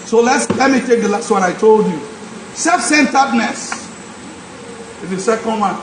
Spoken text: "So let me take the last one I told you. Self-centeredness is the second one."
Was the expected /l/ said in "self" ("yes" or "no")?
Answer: no